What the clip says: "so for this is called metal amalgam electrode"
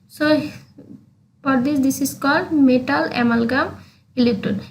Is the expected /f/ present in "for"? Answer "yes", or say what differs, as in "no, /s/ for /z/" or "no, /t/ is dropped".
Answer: no, /p/ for /f/